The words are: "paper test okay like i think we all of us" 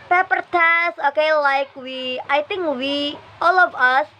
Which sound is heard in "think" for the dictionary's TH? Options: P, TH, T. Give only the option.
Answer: T